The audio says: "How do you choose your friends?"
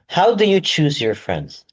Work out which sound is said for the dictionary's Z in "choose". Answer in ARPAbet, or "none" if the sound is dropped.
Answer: Z